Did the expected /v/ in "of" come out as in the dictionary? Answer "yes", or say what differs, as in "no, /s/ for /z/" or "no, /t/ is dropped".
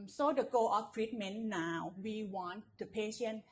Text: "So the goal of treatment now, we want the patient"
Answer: no, /f/ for /v/